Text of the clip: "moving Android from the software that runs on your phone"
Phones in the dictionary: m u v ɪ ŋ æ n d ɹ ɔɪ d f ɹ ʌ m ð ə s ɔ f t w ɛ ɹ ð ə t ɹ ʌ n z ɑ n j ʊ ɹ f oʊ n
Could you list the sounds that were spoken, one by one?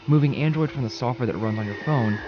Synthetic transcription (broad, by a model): m u v ɪ ŋ æ n d ɹ ɔɪ d f ɹ ʌ m ð ə s ɔ f t w ɛ ɹ ð ə t ɹ ʌ n z n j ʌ ɹ f oʊ n